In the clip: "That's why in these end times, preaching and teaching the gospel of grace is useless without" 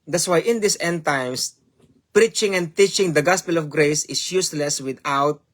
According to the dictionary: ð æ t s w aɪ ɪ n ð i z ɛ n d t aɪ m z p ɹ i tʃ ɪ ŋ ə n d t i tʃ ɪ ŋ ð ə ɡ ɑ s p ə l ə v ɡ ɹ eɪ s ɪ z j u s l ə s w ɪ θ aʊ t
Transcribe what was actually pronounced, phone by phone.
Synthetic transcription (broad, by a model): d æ t s w aɪ ɪ n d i s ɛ n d t aɪ m s p ɹ i tʃ ɪ ŋ ə n d t i tʃ ɪ ŋ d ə ɡ ɑ s p ə l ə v ɡ ɹ eɪ s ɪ s j u s l ə s w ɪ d aʊ t